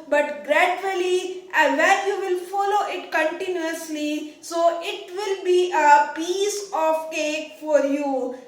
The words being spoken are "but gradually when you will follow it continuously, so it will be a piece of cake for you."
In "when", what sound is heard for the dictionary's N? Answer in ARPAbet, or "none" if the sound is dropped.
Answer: L